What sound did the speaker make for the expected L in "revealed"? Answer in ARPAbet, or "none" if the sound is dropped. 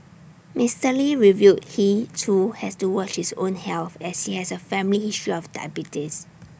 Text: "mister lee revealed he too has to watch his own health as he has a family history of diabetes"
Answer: none